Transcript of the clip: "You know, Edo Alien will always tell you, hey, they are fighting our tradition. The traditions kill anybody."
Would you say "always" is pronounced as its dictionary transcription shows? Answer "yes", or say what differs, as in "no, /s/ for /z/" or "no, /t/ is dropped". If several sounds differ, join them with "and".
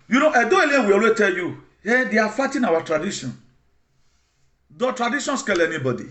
no, /z/ is dropped